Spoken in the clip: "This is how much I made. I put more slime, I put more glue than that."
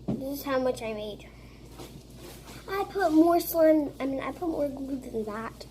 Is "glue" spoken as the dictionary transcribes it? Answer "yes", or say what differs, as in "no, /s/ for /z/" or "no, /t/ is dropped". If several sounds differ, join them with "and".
no, /l/ is dropped